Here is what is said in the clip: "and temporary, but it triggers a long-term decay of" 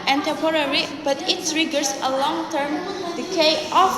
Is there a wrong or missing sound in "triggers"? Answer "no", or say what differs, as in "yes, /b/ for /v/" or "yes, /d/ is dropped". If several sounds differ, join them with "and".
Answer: yes, /s/ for /t/